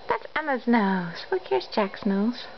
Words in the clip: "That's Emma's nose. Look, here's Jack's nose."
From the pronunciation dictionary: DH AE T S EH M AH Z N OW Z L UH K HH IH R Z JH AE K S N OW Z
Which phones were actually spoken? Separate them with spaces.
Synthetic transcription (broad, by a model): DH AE T S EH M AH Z N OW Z W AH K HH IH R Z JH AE K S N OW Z